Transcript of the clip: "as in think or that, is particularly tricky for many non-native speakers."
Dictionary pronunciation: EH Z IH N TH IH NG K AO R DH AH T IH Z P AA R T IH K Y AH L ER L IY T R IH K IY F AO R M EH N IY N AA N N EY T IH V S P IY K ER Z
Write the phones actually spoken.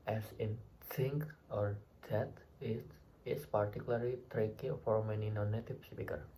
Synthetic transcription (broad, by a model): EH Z IH N S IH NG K AO R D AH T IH S P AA R T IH K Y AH L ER L IY T R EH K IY F AO R M EH N IY N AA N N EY T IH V S P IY K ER